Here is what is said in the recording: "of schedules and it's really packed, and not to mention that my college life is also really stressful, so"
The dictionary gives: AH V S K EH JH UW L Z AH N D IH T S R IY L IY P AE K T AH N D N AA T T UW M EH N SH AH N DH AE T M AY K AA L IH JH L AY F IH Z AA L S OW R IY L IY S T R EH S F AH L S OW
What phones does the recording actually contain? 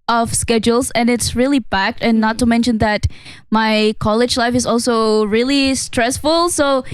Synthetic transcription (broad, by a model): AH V S K EH JH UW L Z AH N IH T S R IY L IY B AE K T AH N N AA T T UW M EH N SH AH N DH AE T M AY K AA L IH JH L AY F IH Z AA L S OW R IY L IY S T R EH S F AH L S OW